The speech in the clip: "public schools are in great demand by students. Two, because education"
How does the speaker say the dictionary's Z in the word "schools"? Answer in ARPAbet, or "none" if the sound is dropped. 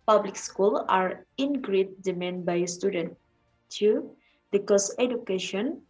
none